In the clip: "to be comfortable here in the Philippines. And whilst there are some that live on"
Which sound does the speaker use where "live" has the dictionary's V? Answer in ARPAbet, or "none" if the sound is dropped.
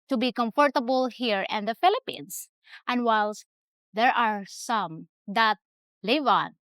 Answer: V